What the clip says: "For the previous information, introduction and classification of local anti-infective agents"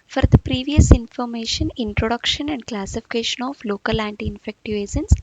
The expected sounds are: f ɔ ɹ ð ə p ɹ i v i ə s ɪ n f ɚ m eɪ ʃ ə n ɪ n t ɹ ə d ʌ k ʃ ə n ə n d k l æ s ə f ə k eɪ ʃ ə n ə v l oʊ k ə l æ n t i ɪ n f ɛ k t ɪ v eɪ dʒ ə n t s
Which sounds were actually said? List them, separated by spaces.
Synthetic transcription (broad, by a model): f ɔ ɹ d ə p ɹ i v i ə s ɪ n f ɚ m eɪ ʃ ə n ɪ n t ɹ ə d ʌ k ʃ ə n ə n d k l æ s ə f ə k eɪ ʃ ə n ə f l oʊ k ə l æ n t i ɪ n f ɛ k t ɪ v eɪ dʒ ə n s